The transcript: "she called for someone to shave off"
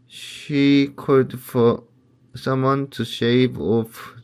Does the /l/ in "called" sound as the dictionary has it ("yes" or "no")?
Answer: no